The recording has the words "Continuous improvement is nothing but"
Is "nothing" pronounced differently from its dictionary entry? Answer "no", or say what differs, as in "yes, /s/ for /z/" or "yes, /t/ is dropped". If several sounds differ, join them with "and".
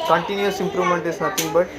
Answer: yes, /t/ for /θ/